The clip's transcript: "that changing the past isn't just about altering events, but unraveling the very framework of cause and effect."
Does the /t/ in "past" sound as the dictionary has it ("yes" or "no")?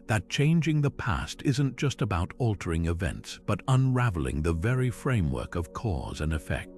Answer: yes